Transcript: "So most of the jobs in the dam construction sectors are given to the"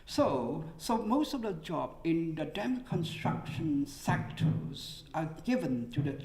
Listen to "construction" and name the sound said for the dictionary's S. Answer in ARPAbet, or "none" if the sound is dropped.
S